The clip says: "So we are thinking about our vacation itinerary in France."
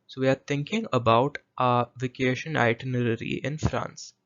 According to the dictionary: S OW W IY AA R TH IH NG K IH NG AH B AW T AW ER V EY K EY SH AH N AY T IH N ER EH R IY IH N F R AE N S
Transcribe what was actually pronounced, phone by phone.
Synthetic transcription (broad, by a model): S OW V IY AA R T IH NG K IH NG AH B AW T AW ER V EY K EY SH AH N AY T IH N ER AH R IY IH N F R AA N S